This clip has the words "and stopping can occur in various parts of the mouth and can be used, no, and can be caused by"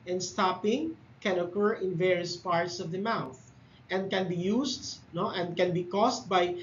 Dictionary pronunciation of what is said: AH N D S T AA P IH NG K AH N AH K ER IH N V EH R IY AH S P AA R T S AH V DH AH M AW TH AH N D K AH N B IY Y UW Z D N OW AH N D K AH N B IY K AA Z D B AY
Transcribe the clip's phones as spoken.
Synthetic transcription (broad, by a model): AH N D S T AA P IH NG K AH N AH K ER IH N V EH R IY AH S P AA R T S AH V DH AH M AW TH AH N D K AH N B IY Y UW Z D N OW AH N D K AH N B IY K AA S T B AY